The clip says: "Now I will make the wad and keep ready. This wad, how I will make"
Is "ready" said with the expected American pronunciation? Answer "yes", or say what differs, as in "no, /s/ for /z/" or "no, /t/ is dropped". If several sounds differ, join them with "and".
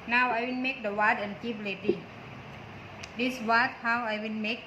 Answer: no, /l/ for /ɹ/